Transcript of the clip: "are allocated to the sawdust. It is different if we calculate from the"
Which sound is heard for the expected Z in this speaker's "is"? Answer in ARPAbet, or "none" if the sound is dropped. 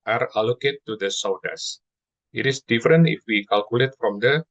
S